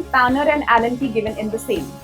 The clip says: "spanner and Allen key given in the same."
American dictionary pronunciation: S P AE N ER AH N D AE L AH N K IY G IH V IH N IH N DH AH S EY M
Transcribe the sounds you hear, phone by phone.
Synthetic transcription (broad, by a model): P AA N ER AH N D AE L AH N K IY G IH V IH N IH N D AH S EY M